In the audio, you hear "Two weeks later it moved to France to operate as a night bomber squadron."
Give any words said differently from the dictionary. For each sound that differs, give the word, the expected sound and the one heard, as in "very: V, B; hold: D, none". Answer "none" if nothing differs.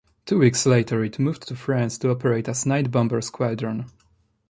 none